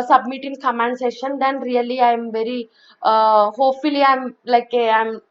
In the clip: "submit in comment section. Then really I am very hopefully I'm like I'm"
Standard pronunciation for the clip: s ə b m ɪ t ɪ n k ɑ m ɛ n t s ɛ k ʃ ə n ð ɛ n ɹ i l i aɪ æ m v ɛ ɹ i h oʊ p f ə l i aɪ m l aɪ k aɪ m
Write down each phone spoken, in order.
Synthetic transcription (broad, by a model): s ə b m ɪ t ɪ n k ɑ m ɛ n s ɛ ʃ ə n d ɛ n ɹ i l i aɪ m v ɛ ɹ i h oʊ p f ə l i aɪ m l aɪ k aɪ m